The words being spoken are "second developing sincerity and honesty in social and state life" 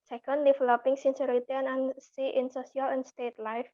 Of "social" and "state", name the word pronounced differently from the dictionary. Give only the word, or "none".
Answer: social